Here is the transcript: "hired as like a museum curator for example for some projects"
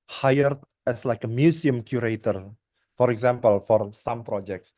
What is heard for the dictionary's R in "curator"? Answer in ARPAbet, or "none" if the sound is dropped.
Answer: R